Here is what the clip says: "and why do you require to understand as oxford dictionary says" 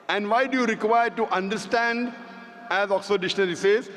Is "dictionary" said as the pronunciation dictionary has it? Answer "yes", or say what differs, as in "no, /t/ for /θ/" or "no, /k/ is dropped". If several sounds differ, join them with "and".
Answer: no, /k/ is dropped